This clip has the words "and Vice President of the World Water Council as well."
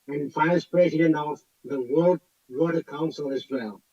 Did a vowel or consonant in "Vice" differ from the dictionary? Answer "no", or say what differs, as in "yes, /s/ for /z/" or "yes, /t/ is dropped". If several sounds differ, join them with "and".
yes, /f/ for /v/